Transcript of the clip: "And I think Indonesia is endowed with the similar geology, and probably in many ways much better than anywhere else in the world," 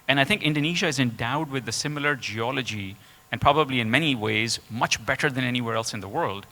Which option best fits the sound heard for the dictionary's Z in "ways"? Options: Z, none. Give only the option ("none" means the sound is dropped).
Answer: Z